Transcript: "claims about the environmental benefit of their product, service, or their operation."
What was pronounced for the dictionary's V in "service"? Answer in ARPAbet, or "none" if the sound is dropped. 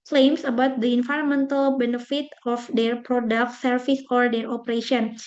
F